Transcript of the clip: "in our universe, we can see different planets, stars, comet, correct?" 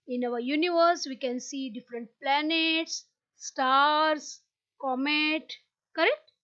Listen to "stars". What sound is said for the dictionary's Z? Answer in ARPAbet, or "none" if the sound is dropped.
S